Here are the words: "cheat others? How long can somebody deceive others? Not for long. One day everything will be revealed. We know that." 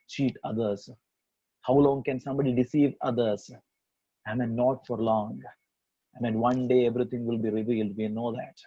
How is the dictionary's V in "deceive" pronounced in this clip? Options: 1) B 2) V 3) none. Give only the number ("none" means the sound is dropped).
2